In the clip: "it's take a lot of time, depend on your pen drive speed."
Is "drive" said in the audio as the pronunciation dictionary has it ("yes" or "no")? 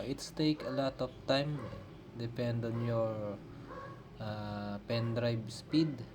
no